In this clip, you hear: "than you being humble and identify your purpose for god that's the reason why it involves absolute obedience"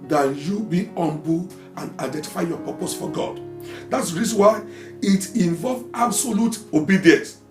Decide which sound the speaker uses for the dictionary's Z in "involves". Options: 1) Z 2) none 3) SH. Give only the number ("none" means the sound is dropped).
2